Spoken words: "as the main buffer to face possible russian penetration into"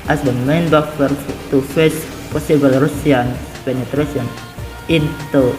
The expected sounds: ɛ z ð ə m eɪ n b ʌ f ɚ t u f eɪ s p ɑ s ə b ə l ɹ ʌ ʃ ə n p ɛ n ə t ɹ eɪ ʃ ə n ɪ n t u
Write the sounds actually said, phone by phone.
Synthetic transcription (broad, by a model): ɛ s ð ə m eɪ n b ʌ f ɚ t u f eɪ s p ɑ s ə b ə l ɹ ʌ s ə n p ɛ n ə t ɹ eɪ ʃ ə n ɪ n t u